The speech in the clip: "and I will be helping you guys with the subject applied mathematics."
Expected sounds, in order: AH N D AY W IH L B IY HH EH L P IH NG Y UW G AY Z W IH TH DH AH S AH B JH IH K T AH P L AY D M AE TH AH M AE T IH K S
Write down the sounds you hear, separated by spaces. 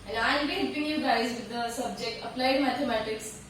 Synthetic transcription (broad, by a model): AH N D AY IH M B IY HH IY P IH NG Y UW G AY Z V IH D AH S AH B JH IH K T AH P L AY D M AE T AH M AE T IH K S